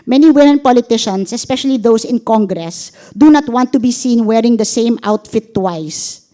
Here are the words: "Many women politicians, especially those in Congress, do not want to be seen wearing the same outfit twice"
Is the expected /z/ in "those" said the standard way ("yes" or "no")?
no